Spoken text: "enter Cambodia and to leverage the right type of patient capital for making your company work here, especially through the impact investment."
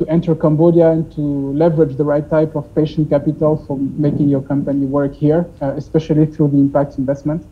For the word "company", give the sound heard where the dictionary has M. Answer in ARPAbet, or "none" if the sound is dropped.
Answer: M